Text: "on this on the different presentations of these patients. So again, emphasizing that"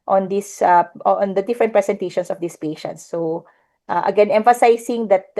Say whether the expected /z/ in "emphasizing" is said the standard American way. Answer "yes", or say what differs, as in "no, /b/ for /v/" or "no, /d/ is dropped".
no, /s/ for /z/